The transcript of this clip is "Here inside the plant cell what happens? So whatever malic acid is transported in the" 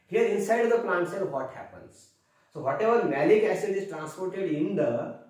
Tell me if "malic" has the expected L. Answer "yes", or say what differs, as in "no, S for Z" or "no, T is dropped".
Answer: yes